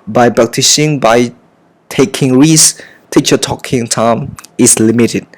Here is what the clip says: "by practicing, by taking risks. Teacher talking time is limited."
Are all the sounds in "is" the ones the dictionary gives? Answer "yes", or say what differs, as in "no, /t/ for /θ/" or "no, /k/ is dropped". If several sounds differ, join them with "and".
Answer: no, /s/ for /z/